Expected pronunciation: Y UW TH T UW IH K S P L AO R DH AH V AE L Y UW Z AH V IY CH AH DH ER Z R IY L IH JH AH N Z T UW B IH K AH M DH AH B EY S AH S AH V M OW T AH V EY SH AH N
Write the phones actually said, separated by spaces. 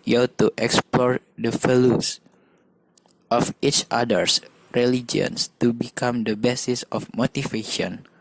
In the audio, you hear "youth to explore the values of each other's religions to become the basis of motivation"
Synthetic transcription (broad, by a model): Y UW T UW IH K S P L AO R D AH F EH L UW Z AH F IY CH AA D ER S R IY L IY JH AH N S T UW B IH K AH M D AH B EY S AH S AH F M OW T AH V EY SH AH N